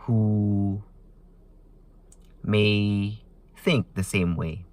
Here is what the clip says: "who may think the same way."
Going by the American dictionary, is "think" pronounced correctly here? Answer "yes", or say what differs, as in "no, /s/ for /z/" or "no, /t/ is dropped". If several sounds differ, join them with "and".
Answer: yes